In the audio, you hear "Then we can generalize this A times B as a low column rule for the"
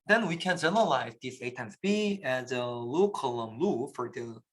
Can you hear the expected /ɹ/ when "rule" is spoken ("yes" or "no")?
no